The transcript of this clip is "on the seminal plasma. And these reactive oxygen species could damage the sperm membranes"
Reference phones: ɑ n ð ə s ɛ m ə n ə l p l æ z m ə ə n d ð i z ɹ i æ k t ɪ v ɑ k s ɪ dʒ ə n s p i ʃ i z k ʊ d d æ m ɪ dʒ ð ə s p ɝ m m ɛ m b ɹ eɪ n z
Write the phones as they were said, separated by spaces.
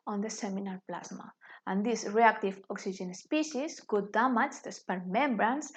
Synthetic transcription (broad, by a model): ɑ n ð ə s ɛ m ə n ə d p l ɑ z m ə ə n d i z ɹ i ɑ k t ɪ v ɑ k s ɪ ʒ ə n s p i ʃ i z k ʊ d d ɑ m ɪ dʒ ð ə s p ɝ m m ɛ m b ɹ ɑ n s